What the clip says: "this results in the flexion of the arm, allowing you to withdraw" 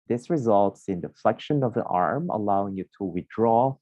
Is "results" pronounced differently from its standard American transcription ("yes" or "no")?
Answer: no